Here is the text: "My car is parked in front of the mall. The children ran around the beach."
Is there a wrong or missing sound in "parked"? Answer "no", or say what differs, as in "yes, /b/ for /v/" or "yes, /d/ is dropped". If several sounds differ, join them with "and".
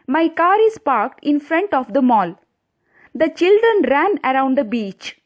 no